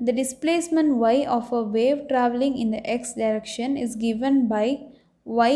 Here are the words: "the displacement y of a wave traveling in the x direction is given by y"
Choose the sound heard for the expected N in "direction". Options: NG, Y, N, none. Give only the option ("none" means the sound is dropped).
N